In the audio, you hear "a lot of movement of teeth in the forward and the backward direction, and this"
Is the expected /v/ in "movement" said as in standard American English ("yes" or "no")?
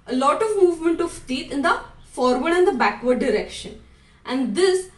yes